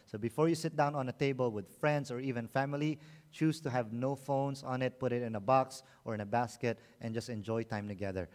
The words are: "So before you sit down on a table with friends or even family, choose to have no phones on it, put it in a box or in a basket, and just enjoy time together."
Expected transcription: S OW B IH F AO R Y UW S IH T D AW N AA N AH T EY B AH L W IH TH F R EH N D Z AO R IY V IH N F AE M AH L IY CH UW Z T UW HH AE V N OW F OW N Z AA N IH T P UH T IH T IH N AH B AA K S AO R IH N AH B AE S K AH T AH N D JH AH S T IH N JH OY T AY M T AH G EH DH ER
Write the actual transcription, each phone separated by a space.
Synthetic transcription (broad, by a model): S OW B IH F AO R Y UW S IH T D AW N AA N AH T EY B AH L W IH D F R EH N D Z AO R IY V IH N F AE M AH L IY CH UW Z T UW HH AE V N OW F OW N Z AA N IH T P UH T IH T IH N AH B AA K S AO R IH N AH B AE S K AH T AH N JH AH S T IH N JH OY T AY M T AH G EH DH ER